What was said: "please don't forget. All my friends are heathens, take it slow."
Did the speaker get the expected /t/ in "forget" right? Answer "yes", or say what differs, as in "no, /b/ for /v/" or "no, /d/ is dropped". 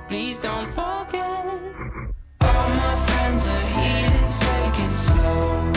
no, /t/ is dropped